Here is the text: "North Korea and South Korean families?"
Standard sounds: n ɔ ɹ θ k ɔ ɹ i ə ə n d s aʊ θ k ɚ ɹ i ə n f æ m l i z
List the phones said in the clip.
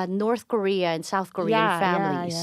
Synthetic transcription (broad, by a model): n ɔ ɹ θ k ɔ ɹ i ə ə n s aʊ θ k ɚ ɹ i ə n f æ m l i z